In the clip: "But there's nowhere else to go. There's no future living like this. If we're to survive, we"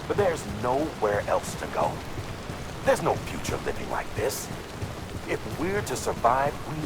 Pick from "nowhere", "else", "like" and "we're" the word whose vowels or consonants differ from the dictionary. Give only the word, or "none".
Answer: none